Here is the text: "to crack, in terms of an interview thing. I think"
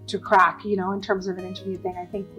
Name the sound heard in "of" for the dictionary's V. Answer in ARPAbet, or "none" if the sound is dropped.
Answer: V